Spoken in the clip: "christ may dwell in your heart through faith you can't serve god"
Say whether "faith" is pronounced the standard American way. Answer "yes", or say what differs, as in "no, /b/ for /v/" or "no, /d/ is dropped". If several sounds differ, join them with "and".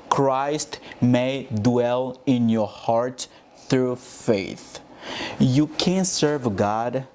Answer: yes